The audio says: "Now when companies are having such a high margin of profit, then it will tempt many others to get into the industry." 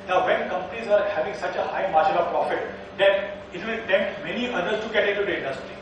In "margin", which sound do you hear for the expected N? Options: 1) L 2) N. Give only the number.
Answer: 1